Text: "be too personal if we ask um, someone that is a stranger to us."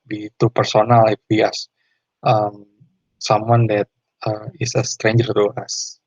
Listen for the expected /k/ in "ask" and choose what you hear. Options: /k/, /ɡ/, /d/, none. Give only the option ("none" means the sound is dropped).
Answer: none